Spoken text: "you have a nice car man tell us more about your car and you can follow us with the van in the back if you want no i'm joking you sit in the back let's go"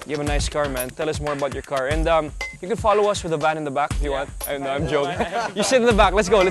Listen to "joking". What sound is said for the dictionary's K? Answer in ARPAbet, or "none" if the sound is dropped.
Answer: none